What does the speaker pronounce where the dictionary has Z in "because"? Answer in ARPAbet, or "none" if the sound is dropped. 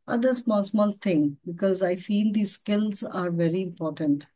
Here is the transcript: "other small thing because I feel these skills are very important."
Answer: Z